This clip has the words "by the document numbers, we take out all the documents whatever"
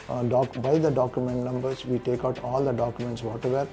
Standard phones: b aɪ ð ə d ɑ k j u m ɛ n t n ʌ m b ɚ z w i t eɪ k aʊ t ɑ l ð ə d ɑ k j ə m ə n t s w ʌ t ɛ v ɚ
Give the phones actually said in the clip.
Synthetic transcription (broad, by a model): b aɪ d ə d ɑ k j u m ɛ n t n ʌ m b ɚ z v i t eɪ k aʊ t ɑ l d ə d ɑ k j ə m ə n t s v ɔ t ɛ v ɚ